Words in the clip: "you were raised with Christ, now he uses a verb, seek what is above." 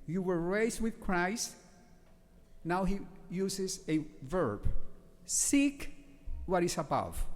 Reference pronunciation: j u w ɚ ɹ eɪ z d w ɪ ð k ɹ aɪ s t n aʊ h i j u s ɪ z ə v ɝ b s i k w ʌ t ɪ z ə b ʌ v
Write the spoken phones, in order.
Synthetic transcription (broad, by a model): j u w ɚ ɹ eɪ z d w ɪ ð k ɹ aɪ s t n aʊ h i j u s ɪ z ə v ɝ b s i k w ʌ t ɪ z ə b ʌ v